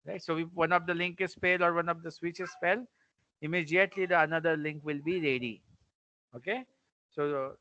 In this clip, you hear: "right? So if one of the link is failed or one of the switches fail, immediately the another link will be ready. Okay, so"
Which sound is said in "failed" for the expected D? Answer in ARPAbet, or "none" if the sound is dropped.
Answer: none